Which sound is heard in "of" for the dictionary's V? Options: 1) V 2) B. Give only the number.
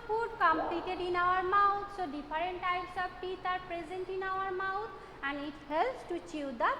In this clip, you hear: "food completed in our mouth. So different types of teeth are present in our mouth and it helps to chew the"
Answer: 2